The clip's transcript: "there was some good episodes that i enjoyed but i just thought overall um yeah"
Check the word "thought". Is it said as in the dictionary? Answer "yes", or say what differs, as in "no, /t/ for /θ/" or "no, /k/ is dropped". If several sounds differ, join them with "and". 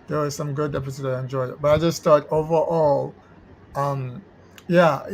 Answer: no, /t/ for /θ/